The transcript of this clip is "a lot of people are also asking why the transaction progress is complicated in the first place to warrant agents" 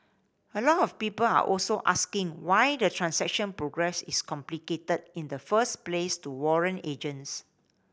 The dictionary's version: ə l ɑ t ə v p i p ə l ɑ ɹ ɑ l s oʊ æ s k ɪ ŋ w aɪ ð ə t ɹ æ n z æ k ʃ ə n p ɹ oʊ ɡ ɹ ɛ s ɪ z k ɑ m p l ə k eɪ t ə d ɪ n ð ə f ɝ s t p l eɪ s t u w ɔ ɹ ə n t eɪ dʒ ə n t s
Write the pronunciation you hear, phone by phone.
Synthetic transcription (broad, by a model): ə l ɑ t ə f p i p ə l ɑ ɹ ɑ l s oʊ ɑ s k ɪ ŋ w aɪ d ə t ɹ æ n s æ k ʃ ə n p ɹ oʊ ɡ ɹ ɛ s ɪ s k ɑ m p l ə k eɪ t ə d ɪ n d ə f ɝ s p l eɪ s t u w ɔ ɹ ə n eɪ dʒ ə n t s